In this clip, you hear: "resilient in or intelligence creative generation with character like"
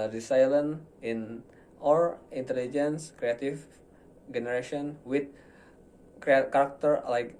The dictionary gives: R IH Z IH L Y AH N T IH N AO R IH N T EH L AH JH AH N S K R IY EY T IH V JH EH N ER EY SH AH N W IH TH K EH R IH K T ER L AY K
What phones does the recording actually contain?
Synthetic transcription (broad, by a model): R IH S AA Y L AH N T IH N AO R IH N T EH L AH JH AH N S K R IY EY T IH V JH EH N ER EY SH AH N W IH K K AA R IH K T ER L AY K